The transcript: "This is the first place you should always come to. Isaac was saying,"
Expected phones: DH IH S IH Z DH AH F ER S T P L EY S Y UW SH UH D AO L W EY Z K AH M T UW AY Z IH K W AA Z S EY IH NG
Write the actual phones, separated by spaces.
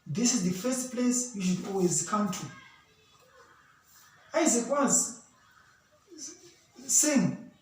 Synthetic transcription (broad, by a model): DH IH S IH Z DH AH F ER S T P L EY S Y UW SH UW D AO L W EY Z K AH M T UW AY Z IH K W AA Z S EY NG